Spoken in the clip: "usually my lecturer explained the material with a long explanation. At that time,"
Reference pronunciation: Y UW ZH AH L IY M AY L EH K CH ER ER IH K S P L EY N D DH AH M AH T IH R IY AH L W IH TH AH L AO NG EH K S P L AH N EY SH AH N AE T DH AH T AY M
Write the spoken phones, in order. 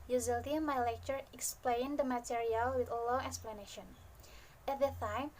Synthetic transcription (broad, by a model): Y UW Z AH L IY M AY L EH K CH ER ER IH K S P L EY N D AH M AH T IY R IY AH L W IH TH AH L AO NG EH K S P L AH N EY SH AH N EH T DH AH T AY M